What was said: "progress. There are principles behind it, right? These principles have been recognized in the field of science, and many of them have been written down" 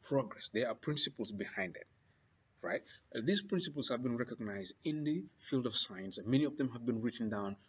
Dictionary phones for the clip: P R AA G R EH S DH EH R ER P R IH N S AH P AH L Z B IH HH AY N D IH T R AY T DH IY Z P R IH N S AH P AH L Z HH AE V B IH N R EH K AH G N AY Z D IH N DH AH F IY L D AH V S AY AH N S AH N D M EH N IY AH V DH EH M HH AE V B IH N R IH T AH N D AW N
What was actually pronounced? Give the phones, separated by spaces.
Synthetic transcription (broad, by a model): P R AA G R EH S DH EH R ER P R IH N S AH P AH L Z B IH HH AY N D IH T R AY T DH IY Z P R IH N S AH P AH L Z HH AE V B IH N R EH K AH G N AY Z D IH N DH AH F IY L D AH V S AY AH N S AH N M EH N IY AH V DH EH M HH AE V B IH N R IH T N D AW N